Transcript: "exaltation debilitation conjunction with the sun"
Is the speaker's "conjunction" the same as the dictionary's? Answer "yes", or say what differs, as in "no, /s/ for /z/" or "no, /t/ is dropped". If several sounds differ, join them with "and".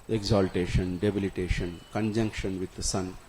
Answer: yes